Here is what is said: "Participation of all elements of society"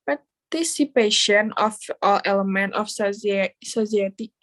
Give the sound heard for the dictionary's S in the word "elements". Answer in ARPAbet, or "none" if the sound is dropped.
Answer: none